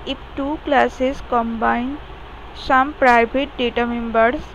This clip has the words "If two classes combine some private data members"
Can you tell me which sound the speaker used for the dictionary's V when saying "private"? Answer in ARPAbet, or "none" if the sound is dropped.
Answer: B